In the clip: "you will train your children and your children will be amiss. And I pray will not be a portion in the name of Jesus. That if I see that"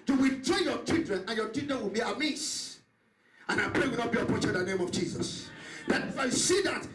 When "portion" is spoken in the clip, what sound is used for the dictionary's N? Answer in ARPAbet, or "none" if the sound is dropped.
none